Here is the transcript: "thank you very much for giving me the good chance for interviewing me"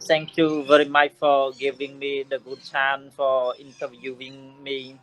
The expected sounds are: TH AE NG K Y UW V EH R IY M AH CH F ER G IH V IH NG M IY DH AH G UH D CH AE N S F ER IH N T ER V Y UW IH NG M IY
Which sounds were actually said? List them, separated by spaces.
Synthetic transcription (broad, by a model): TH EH NG K Y UW V EH R IY M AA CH F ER G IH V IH NG M IY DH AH G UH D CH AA N F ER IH N T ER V Y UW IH NG M IY